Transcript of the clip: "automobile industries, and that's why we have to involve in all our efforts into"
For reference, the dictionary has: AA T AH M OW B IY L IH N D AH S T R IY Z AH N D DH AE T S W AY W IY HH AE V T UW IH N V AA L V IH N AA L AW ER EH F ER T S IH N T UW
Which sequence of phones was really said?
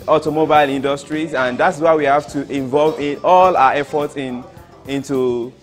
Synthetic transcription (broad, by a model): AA T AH M OW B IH L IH N D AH S T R IY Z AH N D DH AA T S W AY W IY HH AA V T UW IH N V AA L V IH N AA L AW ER EH F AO T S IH N T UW